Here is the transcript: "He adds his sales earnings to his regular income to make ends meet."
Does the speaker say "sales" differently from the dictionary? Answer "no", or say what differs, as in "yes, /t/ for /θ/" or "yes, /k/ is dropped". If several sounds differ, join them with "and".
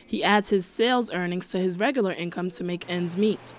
no